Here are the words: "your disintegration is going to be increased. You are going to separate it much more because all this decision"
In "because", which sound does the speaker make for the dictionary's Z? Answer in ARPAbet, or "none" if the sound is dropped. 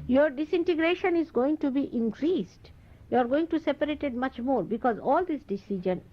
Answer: Z